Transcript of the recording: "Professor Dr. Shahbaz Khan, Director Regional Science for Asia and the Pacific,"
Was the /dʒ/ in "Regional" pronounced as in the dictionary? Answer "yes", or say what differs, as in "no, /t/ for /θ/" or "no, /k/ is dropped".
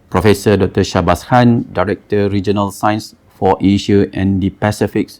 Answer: yes